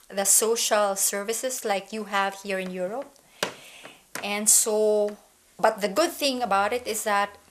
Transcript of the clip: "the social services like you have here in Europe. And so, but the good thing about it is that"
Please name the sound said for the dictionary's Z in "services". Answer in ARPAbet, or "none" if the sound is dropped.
S